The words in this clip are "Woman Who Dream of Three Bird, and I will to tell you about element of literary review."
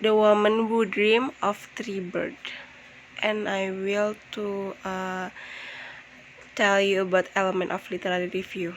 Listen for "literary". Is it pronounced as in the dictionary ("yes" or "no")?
no